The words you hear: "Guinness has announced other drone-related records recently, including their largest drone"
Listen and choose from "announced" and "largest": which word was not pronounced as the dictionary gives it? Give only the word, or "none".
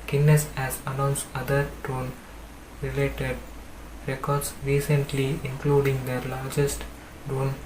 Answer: announced